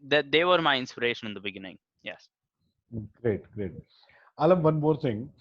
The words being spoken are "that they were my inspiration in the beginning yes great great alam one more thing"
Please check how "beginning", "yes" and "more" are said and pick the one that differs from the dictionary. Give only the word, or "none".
none